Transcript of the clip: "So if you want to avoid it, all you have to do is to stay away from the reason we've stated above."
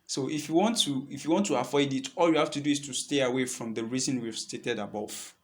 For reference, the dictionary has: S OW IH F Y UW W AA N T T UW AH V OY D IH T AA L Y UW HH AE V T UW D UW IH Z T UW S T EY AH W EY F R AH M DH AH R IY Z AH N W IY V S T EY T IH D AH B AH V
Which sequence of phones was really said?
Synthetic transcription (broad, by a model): S OW IH F Y UW W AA N T T UW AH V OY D IH T AA L Y UW HH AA F T UW D UW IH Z T UW S T EY AH W EY F R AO M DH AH R IY Z AH N W IY V S T EY T IH D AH B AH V